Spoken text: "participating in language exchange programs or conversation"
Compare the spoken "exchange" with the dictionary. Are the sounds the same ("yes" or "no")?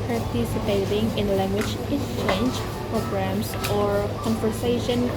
no